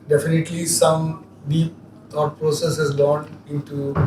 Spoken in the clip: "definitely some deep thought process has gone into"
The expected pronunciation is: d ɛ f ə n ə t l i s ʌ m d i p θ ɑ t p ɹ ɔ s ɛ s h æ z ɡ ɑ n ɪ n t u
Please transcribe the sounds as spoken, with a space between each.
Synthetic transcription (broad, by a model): d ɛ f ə n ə t l i s ʌ m d i p t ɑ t p ɹ ɔ s ɛ s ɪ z ɡ ɑ n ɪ n t u